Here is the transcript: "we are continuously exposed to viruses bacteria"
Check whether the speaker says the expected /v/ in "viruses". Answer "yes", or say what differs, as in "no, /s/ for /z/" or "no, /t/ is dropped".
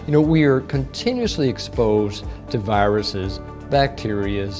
yes